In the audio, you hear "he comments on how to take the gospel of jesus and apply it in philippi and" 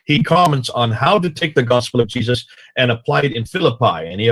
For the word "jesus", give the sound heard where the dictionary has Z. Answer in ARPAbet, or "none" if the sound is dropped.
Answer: Z